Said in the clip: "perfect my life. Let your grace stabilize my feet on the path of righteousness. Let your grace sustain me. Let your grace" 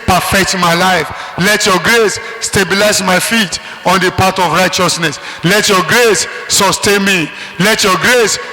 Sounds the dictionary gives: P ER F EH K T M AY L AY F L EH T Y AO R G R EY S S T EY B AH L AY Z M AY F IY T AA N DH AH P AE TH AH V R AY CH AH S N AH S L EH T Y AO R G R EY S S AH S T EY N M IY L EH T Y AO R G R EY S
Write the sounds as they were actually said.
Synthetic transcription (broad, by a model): P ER F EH K T M AY L AY F L EH T Y AO G R EY S S T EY B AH L AY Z M AY F IY T AA N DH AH P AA T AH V R AY CH AH S N AH S L EH T Y AO G R EY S S AH S T EY N M IY L EH T Y AO G R EY S